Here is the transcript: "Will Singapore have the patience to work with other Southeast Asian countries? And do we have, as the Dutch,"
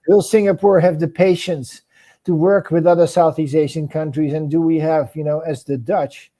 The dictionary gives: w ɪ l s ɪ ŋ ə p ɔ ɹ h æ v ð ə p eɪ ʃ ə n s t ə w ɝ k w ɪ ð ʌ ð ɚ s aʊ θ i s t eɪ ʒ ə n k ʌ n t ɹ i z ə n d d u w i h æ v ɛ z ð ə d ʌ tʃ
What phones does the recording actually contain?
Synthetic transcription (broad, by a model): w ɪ l s ɪ ŋ ə p ɔ ɹ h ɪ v ð ə p eɪ ʃ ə n s t ə w ɝ k w ɪ ð ʌ ð ɚ s aʊ θ i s eɪ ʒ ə n k ʌ n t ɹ i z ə n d d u w i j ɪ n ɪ z ð ə d ʌ tʃ